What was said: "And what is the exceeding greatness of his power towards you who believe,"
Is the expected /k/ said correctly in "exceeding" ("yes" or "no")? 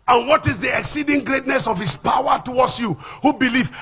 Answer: yes